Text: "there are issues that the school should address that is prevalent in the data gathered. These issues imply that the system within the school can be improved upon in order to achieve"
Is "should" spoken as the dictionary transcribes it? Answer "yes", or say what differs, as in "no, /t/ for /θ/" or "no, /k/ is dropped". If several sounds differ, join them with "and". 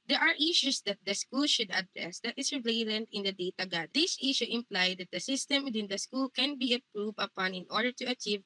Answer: yes